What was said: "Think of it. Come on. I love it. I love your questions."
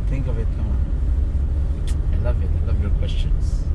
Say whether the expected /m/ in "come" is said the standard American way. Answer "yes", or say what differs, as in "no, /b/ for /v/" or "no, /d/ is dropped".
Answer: no, /m/ is dropped